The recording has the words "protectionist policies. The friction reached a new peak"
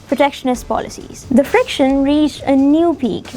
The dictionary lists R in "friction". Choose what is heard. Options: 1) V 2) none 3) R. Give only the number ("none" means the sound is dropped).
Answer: 3